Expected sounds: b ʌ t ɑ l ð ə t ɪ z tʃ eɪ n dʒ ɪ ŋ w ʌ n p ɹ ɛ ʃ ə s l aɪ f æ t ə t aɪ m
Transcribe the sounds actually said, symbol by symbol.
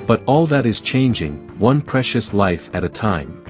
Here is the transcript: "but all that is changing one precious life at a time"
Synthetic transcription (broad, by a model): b ʌ t ɑ l ð ə t ɪ z tʃ eɪ n dʒ ɪ ŋ w ʌ n p ɹ ɛ ʃ ə s l aɪ f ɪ t ə t aɪ m